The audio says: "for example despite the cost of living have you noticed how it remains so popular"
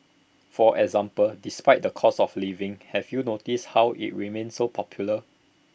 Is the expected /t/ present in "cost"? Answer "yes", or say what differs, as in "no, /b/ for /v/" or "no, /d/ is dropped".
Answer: no, /t/ is dropped